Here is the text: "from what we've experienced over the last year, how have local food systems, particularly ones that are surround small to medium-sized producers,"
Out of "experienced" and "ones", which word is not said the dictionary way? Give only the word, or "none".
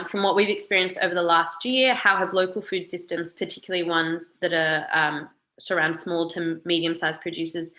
none